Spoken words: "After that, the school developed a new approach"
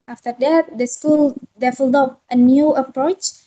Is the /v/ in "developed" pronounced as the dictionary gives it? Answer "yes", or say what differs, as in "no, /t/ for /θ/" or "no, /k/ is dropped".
no, /f/ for /v/